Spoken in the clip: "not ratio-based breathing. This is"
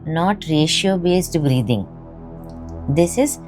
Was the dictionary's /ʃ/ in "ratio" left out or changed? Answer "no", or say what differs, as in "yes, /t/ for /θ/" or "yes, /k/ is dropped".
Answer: no